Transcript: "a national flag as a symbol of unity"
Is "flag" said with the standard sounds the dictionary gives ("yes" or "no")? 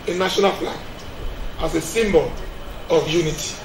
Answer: no